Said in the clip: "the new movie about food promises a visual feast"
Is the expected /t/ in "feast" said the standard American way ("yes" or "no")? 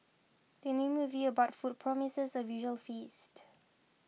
yes